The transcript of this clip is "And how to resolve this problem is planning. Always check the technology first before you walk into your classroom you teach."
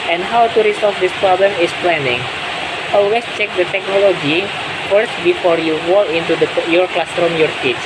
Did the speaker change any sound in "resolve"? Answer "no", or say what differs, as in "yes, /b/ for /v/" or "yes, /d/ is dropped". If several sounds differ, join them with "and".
yes, /s/ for /z/